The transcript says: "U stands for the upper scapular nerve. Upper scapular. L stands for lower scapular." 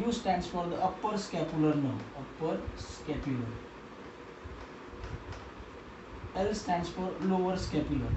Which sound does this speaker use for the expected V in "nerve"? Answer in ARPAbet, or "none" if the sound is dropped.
none